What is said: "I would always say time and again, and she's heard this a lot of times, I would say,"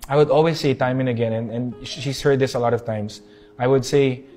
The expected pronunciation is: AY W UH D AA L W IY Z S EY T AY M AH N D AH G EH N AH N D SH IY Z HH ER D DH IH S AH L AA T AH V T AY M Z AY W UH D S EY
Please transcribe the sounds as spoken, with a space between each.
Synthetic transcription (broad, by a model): AY W UH D AA L W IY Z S EY T AY M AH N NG AH G EH N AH N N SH IY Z HH ER D DH IH S AH L AA T AH V T AY M S AY W UH D S EY